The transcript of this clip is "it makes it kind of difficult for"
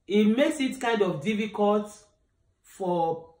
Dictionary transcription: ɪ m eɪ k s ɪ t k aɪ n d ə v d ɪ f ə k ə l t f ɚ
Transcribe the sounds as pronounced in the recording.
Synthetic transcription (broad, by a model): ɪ m eɪ k s ɪ t k aɪ n d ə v d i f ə k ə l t f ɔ